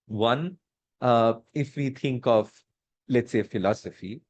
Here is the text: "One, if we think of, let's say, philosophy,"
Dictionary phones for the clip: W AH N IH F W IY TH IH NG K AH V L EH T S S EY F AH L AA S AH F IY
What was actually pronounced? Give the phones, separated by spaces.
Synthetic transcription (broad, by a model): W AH N IH F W IY T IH NG K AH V L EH T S S EY F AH L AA S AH F IY